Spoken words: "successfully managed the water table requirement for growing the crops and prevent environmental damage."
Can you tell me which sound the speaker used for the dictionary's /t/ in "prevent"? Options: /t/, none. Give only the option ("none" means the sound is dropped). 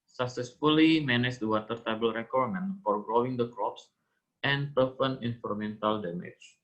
none